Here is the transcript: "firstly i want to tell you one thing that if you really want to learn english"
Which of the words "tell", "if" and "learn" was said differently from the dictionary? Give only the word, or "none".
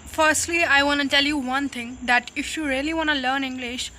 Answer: none